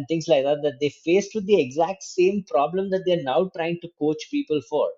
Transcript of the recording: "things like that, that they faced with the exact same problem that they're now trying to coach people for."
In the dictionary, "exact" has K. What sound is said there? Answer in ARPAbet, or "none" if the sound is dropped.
K